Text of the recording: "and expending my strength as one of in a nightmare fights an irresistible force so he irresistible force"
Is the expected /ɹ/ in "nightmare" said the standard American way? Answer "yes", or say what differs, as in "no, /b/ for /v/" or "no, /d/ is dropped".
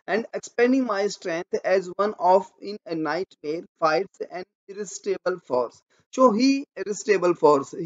yes